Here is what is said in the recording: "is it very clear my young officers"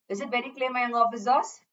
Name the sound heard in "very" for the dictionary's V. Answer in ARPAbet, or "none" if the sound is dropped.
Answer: B